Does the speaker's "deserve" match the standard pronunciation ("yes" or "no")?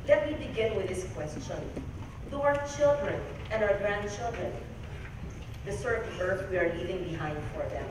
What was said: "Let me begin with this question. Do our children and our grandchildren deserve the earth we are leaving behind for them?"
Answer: no